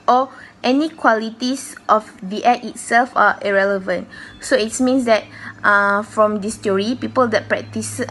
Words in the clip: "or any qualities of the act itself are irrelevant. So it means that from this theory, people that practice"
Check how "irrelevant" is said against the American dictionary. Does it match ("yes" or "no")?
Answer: yes